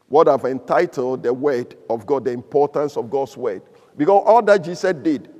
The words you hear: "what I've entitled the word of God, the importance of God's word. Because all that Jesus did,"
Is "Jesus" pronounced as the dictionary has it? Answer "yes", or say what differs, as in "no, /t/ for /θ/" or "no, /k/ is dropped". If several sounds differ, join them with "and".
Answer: no, /s/ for /z/